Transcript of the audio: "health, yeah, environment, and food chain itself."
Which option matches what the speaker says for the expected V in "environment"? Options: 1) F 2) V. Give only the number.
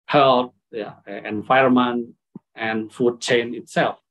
1